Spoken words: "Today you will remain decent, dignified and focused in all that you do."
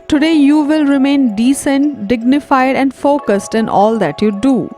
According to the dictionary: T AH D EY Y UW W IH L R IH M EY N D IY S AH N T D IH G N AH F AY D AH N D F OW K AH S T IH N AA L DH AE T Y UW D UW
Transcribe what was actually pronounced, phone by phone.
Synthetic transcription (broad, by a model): T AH D EY Y UW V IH L R IH M EY N D IY S AH N T D IH G N AH F AY D AH N D F OW K AH S T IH N AA L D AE T Y UW D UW